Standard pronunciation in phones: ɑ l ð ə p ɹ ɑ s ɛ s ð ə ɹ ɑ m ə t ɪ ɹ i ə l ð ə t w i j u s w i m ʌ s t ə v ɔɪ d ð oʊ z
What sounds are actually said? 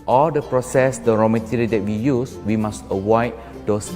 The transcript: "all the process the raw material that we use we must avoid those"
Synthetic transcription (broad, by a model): ɑ l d ə p ɹ ɑ s ɛ s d ə ɹ ɑ m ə t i ɹ i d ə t w i j u s w i m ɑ s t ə w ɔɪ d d oʊ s